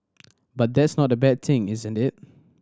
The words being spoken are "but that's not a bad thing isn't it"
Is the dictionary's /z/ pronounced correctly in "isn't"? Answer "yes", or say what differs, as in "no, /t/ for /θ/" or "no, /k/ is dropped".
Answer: yes